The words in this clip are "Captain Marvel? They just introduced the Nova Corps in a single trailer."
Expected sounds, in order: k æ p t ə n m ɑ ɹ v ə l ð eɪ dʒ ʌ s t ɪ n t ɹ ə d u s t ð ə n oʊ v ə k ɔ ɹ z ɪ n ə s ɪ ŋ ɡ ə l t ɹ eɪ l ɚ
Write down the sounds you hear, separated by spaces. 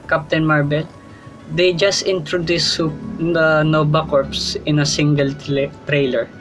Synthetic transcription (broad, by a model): k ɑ p t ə n m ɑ ɹ b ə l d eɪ dʒ ʌ s t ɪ n t ɹ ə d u s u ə n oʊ b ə k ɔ ɹ s ɪ n ə s ɪ ŋ ɡ ə l t ɹ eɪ l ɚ